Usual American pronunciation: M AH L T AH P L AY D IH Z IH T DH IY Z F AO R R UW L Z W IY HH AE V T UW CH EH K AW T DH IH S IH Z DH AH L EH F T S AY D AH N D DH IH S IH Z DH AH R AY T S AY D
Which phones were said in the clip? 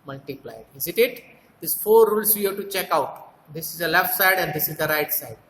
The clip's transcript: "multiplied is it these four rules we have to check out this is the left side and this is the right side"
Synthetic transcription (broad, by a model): M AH L T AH P L AY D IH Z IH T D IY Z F AO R R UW L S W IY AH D T UW CH EH K AW T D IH S IH Z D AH L EH F T S AY D AH N D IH S IH Z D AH R AY T S AY D